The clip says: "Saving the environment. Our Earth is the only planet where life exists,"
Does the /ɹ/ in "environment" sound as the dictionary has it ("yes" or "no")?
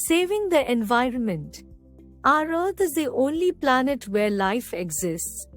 yes